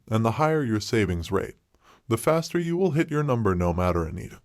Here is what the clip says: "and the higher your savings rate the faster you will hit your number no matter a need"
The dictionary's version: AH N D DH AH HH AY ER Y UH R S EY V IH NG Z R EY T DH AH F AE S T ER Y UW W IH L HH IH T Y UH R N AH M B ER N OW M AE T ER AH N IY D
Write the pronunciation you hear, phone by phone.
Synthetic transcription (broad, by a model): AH N DH AH HH AY ER Y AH R S EY V IH NG Z R EY T DH AH F AE S T ER Y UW W IH L HH IH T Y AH R N AH M B ER N OW M AE T ER AH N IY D